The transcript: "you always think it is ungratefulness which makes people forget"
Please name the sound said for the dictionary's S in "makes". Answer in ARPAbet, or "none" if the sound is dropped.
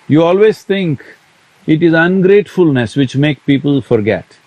none